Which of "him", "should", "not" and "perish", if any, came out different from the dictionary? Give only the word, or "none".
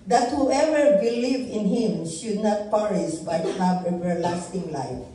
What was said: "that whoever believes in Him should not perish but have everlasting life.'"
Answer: perish